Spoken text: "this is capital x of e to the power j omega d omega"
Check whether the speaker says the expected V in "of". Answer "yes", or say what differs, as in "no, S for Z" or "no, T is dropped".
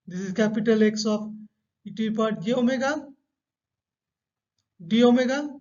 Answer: no, P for V